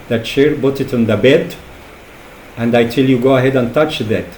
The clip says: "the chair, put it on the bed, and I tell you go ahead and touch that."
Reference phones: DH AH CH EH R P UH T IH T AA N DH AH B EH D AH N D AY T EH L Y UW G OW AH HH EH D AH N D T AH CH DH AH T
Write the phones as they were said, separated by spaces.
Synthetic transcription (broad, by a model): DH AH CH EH R B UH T IH T N DH AH B EH D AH N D AY T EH L Y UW G OW AH HH EH D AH N T AH CH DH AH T